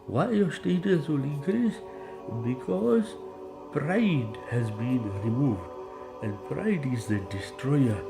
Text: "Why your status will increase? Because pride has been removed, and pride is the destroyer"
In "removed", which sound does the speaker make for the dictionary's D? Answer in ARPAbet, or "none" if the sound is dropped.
D